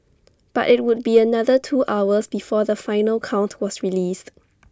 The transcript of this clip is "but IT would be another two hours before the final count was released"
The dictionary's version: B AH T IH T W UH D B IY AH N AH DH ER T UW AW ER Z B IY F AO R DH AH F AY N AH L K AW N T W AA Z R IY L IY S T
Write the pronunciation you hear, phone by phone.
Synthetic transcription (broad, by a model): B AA T IH T W UH D B IY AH N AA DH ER T UW AW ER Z B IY F AO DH AH F AY N AH L K AW N T W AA S R IY L IY S T